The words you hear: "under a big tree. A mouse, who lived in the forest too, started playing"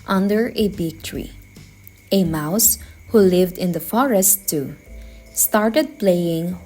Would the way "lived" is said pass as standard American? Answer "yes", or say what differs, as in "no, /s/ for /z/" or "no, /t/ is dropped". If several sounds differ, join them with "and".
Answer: yes